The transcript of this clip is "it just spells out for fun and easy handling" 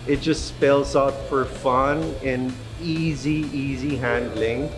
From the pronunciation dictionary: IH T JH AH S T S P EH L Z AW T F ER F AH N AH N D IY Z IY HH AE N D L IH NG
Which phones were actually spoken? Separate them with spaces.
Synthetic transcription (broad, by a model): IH T JH AH S T S P EH L Z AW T F ER F AH N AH N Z IY Z IY HH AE N D L IH NG